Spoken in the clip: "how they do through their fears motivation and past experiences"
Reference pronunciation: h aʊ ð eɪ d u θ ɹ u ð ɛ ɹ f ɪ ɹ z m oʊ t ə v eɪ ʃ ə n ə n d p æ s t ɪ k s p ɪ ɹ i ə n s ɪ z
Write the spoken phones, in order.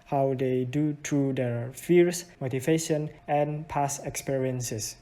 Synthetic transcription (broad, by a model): h aʊ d eɪ d u t ɹ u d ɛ ɹ f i ɹ s m oʊ t ə v eɪ ʃ ə n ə n p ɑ s ɪ k s p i ɹ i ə n s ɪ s